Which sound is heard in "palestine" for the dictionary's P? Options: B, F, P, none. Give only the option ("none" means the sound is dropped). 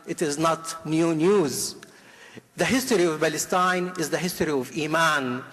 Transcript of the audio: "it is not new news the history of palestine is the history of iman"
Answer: B